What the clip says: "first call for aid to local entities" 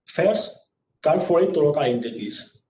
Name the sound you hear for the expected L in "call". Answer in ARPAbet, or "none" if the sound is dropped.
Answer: N